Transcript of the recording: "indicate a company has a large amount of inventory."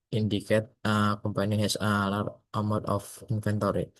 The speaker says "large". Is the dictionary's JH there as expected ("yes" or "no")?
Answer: no